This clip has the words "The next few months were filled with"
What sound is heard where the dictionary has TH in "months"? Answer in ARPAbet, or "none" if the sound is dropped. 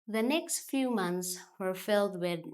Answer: TH